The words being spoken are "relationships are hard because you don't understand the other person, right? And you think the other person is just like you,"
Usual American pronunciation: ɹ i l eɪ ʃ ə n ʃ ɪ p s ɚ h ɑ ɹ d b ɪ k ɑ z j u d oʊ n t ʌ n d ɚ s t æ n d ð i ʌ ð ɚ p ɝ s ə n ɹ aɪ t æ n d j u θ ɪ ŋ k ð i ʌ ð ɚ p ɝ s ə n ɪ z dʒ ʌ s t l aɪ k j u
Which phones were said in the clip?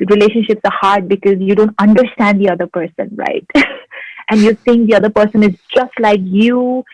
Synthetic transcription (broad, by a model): ɹ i l eɪ ʃ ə n ʃ ɪ p s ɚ h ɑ ɹ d b ɪ k ɑ z j u d oʊ n t ʌ n d ɚ s t æ n d i ʌ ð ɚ p ɝ s ə n ɹ aɪ t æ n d j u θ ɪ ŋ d i ʌ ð ɚ p ɝ s ə n ɪ z dʒ ʌ s t l aɪ k j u